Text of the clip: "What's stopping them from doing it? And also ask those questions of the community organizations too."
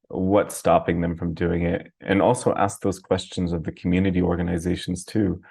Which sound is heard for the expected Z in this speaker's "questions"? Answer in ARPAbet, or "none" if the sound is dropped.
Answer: Z